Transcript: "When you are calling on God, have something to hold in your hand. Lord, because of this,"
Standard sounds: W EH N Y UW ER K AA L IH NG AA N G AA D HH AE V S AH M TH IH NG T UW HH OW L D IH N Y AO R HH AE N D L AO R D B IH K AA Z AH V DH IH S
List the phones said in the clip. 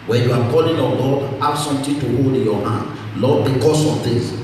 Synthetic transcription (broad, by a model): W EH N Y UW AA K AA L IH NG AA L AA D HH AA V S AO M T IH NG T UW HH OW L D IH N Y AO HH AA N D L AO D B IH K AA S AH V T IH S